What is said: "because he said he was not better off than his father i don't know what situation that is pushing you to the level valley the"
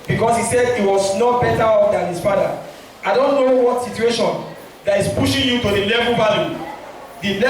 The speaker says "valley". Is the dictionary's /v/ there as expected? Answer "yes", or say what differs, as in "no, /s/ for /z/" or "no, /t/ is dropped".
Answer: no, /b/ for /v/